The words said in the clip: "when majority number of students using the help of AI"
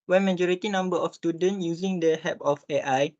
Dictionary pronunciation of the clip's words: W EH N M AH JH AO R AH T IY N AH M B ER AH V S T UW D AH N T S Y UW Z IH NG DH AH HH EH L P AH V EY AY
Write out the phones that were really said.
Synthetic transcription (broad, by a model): W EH N M AH JH AO R AH T IY N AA M B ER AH F S T UW D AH N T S Y UW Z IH NG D AH HH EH P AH F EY AY